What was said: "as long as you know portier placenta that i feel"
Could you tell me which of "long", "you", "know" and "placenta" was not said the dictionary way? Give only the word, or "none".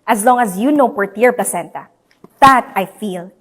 none